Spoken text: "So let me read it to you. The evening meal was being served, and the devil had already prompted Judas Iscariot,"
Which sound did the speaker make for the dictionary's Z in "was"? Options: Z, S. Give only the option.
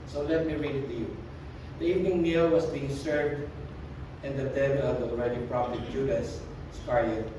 S